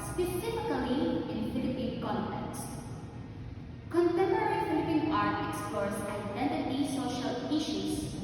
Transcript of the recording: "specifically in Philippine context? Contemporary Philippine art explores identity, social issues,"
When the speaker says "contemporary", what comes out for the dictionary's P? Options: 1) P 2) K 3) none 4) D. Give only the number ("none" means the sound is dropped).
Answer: 3